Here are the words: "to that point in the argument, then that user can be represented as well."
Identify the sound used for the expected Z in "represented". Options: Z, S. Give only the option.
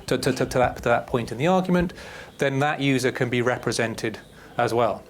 Z